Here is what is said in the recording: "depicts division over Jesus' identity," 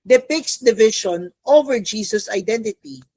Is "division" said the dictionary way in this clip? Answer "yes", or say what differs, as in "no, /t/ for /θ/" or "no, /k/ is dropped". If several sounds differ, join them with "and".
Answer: no, /ʃ/ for /ʒ/